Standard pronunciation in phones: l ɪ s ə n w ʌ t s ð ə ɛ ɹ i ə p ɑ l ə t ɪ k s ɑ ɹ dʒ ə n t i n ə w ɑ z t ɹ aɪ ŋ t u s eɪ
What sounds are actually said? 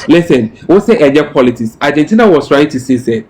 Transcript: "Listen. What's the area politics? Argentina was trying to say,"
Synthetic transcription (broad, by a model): l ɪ s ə n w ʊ s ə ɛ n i p ɑ l ə t ɪ k s ɑ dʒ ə n t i n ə w ɑ s t ɹ aɪ ŋ t u s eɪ